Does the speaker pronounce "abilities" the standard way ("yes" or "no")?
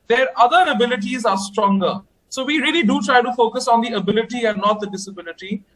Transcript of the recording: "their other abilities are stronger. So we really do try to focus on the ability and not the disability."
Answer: yes